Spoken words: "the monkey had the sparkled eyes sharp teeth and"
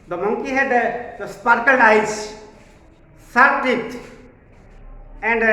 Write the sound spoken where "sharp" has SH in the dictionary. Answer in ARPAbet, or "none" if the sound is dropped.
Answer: S